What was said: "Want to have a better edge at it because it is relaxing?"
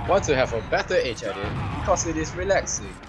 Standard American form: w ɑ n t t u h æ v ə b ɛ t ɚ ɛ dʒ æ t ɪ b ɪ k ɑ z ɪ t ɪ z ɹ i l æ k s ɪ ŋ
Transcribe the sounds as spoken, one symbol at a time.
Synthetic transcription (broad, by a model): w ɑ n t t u h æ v ə b ɛ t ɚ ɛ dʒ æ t ɪ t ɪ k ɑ s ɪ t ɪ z ɹ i l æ k s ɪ